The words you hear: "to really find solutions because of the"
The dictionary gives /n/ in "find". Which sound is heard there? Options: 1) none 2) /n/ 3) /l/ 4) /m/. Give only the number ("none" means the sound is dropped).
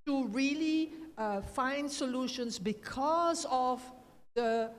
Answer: 2